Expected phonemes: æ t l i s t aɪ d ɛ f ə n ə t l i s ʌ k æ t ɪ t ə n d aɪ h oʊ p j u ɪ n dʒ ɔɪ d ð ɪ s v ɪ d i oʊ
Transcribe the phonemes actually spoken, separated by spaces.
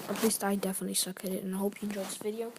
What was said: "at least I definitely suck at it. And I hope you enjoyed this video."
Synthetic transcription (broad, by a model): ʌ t l i s t aɪ d ɛ f ə n ə t l i s ʌ k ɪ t ɪ t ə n aɪ h oʊ p j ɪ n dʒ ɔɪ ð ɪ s v ɪ d i oʊ